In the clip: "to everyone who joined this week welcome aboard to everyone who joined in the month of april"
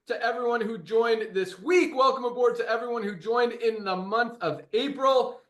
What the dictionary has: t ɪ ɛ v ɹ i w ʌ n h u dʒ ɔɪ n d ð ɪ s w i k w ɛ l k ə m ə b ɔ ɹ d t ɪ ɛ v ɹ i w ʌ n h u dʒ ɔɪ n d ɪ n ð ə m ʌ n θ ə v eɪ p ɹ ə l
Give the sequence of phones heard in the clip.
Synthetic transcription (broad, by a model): t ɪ ɛ v ɹ i w ʌ n h u dʒ ɔɪ n ð ɪ s w i k w ɛ l k ə m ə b ɔ ɹ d t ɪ ɛ v ɹ i w ʌ n h u dʒ ɔɪ n d ɪ n ð ə m ʌ n θ ə v eɪ p ɹ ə l